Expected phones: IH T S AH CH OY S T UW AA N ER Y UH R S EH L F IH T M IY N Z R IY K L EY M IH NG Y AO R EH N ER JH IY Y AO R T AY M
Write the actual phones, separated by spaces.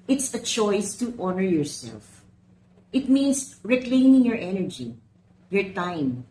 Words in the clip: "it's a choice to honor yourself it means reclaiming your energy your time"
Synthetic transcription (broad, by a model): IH T S AH CH OY S T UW AA N ER Y UH R S EH L F IH T M IY N S R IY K L EY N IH NG Y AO R EH N ER JH IY Y AO R T AY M